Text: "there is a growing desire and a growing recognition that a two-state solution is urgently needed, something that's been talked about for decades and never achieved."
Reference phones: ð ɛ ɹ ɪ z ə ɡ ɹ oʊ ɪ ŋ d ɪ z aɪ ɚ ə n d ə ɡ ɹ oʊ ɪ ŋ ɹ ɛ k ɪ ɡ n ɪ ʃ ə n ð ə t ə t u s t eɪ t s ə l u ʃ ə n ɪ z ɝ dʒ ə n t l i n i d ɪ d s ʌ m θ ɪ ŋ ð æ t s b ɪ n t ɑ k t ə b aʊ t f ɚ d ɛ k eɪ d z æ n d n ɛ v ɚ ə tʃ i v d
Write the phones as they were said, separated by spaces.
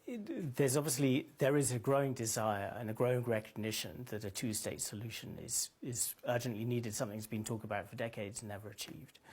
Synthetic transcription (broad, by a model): ð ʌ ɹ ɪ z ə ɡ ɹ oʊ ɪ ŋ d ɪ z aɪ ɚ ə n ə ɡ ɹ oʊ ɪ ŋ ɹ ɛ k ɪ ɡ n ɪ ʃ ə n ð ə t ə t u s t eɪ t s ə l u ʃ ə n ɪ z ɝ dʒ ə n t l i n i d ɪ d s ʌ m θ ɪ ŋ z b ɪ n t ɑ k t ə b aʊ t f ɚ d ɛ k eɪ d z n n ɛ v ɚ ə tʃ i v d